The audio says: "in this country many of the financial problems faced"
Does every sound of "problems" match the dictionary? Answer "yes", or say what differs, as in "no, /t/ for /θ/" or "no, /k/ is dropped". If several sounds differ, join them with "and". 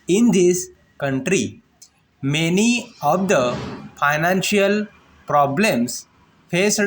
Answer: no, /s/ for /z/